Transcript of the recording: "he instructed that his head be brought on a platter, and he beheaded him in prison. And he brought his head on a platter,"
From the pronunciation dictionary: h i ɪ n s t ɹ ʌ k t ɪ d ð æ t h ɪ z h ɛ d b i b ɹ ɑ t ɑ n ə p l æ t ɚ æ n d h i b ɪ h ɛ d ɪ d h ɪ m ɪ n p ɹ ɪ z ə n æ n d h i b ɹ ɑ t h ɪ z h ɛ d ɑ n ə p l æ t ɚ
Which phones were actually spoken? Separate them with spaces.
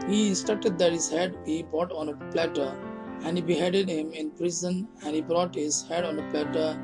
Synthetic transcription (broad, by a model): h i s t ʌ t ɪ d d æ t h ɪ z h ɛ d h i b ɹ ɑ t ɑ n ə p l æ t ɚ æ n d h i b ɪ h ɛ d ɪ d h ɪ m ɪ n p ɹ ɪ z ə n æ n d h i b ɹ ɑ t h ɪ z h ɛ d ɑ n ə p l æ t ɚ